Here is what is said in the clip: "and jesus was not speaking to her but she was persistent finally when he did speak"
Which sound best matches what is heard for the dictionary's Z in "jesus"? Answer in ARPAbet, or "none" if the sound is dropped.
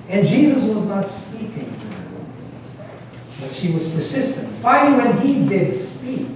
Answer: Z